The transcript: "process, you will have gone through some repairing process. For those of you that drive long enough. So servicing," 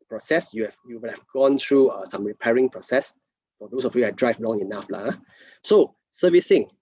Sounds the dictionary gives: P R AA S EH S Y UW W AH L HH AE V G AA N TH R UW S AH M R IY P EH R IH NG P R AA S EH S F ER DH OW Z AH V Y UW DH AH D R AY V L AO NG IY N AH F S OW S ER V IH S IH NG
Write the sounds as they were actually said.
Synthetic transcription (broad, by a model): P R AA S EH S Y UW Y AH W HH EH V G AA N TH R UW S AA M R IY P EH R IH NG P R AA S EH S F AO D OW S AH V Y UW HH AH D R AY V L AO NG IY N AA F S OW S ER V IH S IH NG